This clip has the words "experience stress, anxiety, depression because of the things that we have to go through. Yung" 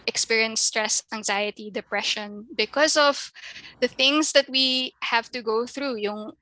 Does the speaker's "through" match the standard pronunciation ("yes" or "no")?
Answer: yes